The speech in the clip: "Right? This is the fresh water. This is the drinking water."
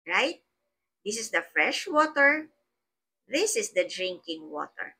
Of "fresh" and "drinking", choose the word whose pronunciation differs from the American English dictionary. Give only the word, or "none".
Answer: none